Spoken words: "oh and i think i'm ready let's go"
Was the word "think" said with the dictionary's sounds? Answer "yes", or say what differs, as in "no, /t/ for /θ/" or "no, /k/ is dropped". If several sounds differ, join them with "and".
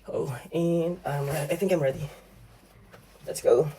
yes